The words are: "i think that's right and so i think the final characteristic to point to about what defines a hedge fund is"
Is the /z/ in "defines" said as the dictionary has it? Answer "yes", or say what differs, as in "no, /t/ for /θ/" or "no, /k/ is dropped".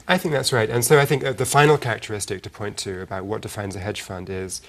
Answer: yes